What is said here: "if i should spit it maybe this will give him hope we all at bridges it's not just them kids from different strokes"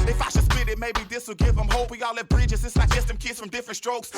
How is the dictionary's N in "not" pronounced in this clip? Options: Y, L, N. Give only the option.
L